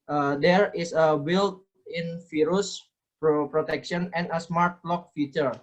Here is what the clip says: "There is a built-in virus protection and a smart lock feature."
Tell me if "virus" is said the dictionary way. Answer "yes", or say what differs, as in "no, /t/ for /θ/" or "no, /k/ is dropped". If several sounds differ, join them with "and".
no, /f/ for /v/